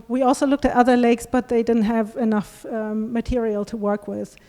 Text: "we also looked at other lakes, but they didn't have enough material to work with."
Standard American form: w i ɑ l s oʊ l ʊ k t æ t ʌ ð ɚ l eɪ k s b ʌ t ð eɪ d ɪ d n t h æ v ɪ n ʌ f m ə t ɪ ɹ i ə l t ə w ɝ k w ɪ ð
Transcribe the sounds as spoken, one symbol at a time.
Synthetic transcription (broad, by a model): w i ɑ l s oʊ l ʊ k t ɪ t ʌ ð ɚ l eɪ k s b ʌ t ð eɪ d ɪ d n t h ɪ v ɪ n ʌ f m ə t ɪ ɹ i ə l t ə w ɝ k w ɪ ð